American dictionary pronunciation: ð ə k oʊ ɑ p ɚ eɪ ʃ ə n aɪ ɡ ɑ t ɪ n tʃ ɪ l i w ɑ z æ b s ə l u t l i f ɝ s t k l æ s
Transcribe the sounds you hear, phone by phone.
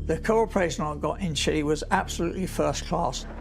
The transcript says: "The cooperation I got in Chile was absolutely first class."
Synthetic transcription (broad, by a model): ð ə k oʊ ɑ p ɚ eɪ ʃ ə n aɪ ɡ ɑ t ɪ n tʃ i w ɑ z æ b s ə l u t l i f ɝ s k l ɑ s